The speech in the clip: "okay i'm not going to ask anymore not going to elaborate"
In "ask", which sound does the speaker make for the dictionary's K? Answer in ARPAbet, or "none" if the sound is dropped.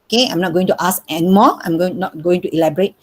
none